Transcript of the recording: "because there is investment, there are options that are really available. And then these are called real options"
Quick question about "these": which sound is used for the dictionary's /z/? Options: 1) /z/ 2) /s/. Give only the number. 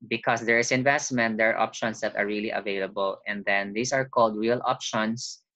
2